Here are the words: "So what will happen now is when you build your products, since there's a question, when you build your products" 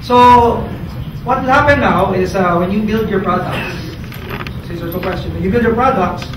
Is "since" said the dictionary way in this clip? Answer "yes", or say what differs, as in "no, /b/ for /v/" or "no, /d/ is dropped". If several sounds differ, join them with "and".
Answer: no, /n/ is dropped